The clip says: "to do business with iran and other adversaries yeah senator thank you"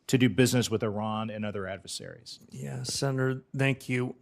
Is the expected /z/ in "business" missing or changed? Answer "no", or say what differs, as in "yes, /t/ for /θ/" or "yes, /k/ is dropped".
no